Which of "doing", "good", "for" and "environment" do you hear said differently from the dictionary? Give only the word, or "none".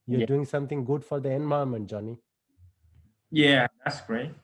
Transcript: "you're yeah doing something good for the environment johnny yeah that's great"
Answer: environment